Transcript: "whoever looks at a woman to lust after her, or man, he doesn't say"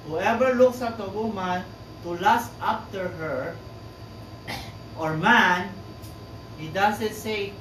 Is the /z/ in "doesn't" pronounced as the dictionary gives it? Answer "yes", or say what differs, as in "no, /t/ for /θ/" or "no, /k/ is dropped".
no, /s/ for /z/